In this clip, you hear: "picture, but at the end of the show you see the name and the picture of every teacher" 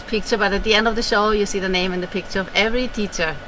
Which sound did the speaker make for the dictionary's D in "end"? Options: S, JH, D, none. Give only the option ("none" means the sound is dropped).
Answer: D